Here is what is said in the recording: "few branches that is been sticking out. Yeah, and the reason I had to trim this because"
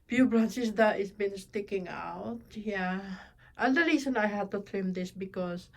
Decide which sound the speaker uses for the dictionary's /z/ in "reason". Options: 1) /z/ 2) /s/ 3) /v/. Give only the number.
2